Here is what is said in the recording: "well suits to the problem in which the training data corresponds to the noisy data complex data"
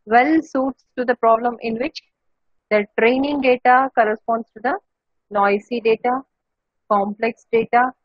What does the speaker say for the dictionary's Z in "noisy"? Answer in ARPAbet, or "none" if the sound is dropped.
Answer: S